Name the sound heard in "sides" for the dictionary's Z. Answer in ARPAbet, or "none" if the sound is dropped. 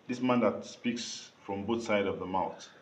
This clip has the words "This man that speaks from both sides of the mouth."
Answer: none